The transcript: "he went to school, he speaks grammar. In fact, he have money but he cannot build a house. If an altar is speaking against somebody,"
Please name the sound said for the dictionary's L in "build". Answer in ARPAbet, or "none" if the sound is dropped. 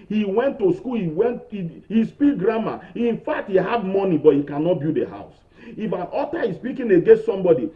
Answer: none